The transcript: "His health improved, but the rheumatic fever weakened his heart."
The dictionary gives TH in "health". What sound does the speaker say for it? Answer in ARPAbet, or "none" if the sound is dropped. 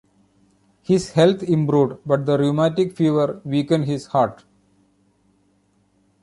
T